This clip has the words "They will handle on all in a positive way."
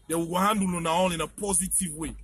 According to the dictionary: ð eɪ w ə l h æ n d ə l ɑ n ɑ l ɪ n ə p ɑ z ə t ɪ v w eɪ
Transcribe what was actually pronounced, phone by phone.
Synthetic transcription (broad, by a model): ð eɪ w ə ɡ h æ n d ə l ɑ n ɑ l ɪ n ə p ɑ z ə t ɪ v w eɪ